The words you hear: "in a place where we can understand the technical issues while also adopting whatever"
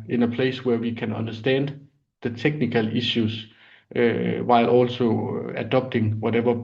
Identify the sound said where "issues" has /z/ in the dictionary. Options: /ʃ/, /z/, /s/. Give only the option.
/s/